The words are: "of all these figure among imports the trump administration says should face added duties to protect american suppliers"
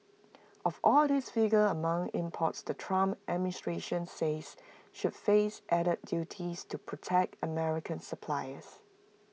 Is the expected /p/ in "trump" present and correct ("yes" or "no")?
no